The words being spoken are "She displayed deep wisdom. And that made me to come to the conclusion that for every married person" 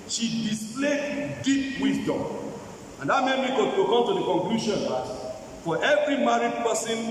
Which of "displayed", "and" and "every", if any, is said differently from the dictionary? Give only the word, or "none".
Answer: displayed